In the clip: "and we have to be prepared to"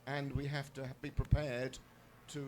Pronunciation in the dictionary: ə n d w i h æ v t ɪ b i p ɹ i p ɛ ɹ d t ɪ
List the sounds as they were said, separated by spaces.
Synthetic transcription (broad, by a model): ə n w i h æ f t ɪ b i p ɹ i p ɛ ɹ d t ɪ